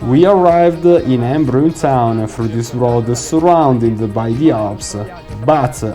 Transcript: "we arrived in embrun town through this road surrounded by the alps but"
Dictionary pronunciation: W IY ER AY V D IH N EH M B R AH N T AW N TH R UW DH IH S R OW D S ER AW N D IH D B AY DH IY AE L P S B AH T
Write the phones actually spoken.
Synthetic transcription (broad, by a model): W IY ER AY V D IH N EH M B R AH N T AW N F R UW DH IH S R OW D S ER AW N D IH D B AY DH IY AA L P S B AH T